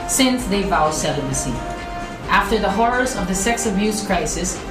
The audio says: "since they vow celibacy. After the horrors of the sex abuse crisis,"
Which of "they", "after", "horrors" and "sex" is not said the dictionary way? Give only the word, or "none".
none